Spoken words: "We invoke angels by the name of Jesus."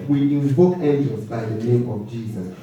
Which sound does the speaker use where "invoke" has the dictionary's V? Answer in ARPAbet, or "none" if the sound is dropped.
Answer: B